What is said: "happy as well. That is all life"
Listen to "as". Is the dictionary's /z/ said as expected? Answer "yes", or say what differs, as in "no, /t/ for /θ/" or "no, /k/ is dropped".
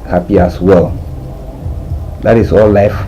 no, /s/ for /z/